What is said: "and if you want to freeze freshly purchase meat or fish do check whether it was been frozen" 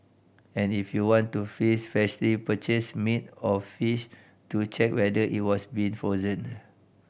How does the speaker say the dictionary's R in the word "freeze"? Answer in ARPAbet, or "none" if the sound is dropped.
none